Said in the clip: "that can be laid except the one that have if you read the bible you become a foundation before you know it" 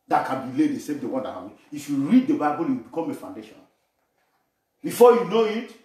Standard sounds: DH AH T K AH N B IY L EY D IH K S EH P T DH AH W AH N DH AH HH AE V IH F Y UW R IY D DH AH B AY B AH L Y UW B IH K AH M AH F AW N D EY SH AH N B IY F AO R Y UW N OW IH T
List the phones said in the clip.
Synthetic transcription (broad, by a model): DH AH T K AH N B IY L EY D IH S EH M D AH W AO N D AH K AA B IH F Y UW R IY D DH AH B AY B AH L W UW B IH K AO M AH F AW N D EY SH AH N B IY F AO Y UW N OW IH T